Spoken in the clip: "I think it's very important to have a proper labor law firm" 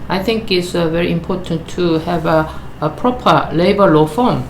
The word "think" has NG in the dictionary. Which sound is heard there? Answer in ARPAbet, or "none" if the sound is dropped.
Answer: NG